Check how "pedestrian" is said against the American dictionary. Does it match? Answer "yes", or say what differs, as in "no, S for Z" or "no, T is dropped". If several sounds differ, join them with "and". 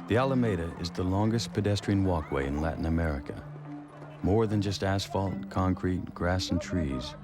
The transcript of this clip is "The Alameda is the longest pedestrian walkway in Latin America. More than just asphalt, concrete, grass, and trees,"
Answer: yes